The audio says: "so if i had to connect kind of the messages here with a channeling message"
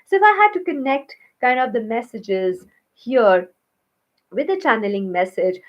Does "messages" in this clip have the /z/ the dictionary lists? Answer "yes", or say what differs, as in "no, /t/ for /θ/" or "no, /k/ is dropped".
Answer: yes